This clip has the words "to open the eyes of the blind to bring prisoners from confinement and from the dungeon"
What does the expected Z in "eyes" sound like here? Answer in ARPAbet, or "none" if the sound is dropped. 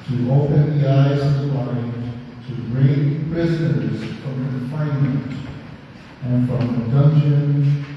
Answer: Z